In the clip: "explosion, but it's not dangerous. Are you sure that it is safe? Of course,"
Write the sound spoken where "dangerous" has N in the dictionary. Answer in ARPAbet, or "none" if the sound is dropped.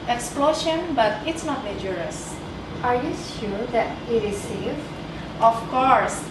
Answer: none